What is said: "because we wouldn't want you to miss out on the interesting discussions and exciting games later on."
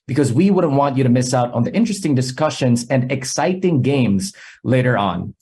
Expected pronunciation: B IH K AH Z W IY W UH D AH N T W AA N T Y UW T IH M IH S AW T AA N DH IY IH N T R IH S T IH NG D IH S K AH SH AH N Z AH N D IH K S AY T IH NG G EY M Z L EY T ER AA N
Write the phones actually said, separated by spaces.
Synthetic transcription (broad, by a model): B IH K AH Z W IY W UH D N T W AA N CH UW T IH M IH S AW T N DH IY IH N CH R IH S T IH NG D IH S K AH SH AH N Z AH N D IH K S AY T IH NG G EY M Z L EY T ER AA N